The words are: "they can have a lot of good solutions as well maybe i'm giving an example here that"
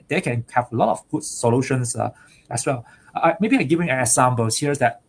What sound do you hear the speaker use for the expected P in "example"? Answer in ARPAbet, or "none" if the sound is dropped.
B